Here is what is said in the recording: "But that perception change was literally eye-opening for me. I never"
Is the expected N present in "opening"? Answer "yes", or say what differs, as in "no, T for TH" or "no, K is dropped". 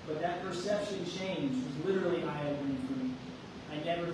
no, N is dropped